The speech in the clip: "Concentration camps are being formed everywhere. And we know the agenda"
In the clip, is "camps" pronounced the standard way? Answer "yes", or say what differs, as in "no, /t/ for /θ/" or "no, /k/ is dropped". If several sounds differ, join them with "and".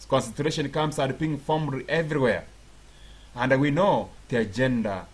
no, /p/ is dropped